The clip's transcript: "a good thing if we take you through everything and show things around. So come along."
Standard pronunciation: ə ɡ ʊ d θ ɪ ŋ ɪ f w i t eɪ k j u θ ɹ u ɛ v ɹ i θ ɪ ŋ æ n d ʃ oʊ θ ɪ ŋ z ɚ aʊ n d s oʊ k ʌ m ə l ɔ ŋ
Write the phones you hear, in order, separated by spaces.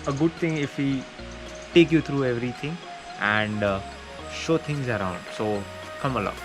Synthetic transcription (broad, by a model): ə ɡ ʊ d t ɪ ŋ ɪ f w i t eɪ k j u t ɹ u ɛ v ɹ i t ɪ ŋ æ n d ʃ oʊ t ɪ ŋ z ɚ aʊ n d s oʊ k ʌ m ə l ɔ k